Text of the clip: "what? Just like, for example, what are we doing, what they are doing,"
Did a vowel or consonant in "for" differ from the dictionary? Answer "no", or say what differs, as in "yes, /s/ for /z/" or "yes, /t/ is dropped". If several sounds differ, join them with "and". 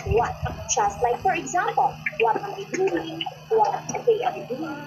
no